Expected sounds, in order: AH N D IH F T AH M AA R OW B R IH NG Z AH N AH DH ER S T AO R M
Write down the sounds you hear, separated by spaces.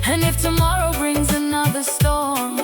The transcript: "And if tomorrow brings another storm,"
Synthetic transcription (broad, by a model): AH N IH F T AH M AA R OW B R IH NG Z AH N AH DH ER S T AO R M